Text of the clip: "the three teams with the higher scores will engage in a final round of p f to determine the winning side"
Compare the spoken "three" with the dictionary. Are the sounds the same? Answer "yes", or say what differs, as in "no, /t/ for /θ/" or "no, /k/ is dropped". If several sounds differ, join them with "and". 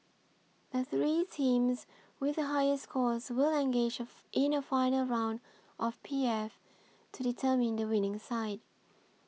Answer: yes